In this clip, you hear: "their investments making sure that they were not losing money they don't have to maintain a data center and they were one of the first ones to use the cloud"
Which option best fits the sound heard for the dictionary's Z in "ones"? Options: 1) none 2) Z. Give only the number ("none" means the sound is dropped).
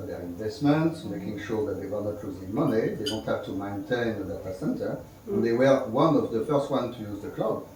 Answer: 1